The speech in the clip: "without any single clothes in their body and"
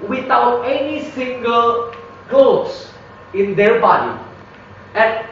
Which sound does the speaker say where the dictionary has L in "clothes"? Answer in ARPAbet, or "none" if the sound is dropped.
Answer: none